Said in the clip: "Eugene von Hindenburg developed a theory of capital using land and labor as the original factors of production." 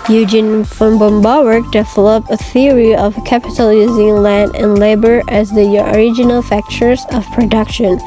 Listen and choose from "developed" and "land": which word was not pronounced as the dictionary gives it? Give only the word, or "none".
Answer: developed